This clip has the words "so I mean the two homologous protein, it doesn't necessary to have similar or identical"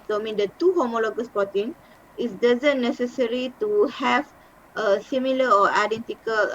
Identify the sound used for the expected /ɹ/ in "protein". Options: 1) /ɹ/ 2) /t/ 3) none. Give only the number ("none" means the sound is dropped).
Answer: 3